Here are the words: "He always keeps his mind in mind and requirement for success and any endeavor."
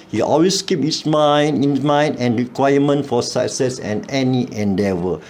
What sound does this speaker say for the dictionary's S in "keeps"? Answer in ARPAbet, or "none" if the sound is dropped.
none